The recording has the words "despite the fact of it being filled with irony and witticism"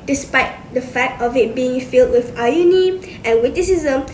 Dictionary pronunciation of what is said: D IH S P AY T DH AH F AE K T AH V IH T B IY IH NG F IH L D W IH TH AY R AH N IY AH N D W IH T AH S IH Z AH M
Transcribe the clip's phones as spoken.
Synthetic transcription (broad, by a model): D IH S P AY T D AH F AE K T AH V IH T B IY IH NG F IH L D W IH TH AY AH N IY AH N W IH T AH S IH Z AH M